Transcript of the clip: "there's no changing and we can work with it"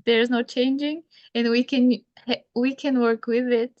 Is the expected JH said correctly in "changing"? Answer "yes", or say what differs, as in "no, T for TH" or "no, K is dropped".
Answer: yes